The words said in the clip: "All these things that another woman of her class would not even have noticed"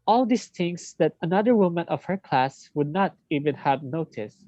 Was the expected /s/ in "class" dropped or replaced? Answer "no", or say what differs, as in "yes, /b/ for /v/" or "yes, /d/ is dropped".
no